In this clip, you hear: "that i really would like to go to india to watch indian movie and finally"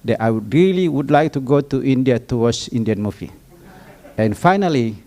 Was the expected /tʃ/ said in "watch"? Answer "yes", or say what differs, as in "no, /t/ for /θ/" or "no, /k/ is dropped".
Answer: no, /s/ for /tʃ/